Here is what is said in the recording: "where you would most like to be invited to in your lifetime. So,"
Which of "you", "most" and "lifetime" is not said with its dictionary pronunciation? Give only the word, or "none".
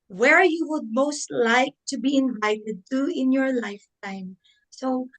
none